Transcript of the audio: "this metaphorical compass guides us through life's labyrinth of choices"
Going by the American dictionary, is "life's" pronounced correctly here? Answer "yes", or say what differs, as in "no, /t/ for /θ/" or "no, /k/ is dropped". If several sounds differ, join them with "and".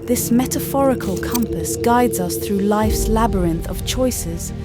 yes